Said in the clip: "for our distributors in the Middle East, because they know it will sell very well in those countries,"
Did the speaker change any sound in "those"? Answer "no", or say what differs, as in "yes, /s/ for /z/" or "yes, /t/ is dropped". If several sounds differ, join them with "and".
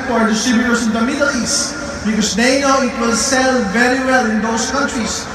yes, /s/ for /z/